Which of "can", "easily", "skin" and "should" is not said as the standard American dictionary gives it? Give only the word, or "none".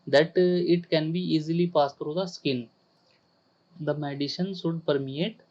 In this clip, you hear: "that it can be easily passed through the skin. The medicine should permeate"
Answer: should